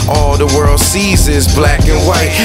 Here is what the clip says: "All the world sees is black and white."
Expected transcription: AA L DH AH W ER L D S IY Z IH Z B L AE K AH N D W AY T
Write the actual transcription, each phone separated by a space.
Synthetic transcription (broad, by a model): AA L DH AH W ER L D S IY Z IH Z B L AE K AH N W AY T